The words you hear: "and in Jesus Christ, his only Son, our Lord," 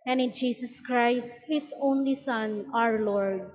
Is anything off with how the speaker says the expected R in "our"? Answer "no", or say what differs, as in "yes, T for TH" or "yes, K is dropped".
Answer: no